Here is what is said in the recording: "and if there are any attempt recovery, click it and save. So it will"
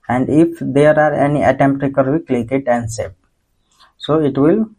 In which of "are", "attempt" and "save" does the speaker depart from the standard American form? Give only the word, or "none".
save